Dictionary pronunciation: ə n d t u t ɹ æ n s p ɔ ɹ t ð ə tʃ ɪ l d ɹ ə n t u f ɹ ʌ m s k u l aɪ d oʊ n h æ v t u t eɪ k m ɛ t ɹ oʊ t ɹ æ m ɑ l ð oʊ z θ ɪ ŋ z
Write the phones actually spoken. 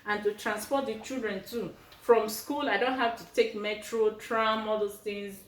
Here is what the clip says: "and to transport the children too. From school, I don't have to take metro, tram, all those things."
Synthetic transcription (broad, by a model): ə n t u t ɹ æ n s p ɔ t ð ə tʃ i l d ɹ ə n t u f ɹ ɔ m s k u l aɪ d oʊ n h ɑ f t u t eɪ k m ɛ t ɹ oʊ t ɹ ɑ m ɑ l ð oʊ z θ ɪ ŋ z